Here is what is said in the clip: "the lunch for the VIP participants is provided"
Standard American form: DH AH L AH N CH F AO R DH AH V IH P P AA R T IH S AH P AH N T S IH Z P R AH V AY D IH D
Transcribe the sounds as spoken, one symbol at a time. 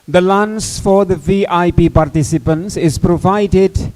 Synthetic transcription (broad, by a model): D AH L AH N S F AO R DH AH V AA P P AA R T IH S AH P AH N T S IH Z P R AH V AY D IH D